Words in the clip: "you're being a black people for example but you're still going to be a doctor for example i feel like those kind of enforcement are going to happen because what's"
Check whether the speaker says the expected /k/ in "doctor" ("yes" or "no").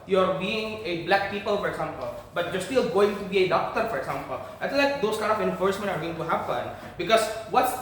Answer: yes